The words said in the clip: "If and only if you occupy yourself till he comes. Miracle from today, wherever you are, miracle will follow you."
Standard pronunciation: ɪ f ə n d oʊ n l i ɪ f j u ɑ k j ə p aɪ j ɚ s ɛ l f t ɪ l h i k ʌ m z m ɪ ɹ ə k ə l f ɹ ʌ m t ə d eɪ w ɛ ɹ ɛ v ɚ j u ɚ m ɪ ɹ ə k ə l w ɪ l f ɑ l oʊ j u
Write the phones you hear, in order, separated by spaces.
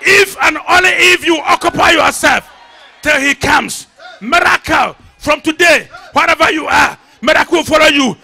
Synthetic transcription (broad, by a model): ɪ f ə n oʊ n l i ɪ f j u ɑ k j ə p aɪ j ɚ s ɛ l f t ɪ l h i k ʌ m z m ɪ ɹ ə k ə l f ɹ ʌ m t ə d eɪ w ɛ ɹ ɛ v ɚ j u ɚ m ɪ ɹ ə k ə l w ɪ l f ɑ l oʊ j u